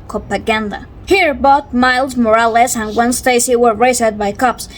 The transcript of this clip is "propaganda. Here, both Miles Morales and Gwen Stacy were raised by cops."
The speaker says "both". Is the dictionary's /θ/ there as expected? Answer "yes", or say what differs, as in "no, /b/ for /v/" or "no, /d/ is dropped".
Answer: no, /t/ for /θ/